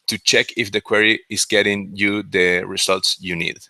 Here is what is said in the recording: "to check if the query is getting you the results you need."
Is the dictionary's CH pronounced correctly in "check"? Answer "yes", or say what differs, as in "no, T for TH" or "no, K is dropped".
yes